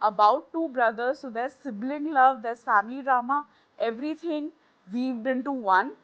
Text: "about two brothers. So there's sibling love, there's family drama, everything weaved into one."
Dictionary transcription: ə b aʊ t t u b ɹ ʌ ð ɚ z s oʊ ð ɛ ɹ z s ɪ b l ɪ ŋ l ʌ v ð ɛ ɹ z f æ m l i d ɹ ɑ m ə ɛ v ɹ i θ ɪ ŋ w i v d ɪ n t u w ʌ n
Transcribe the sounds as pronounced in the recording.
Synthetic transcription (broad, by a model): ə b aʊ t t u b ɹ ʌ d ɚ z s oʊ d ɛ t s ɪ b l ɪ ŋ l ʌ v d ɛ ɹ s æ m i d ɹ ɑ m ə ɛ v ɹ i t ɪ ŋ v i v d ɪ n t u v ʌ n